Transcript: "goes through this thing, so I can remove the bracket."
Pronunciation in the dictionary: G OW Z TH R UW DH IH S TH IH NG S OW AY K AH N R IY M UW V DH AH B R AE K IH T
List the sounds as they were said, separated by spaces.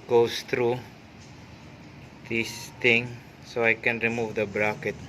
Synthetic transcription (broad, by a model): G OW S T R UW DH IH S T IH NG S OW AY K AH N R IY M UW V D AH B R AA K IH T